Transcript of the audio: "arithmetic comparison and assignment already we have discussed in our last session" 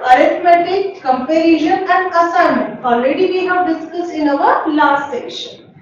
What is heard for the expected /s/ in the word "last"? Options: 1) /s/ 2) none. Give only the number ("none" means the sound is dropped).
2